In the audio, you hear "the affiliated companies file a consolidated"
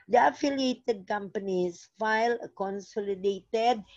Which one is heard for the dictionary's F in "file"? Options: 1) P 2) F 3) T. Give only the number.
2